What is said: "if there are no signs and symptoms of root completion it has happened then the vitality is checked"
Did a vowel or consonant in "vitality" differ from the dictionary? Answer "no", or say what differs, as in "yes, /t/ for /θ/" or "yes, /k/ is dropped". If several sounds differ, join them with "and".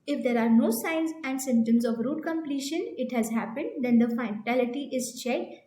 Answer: yes, /f/ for /v/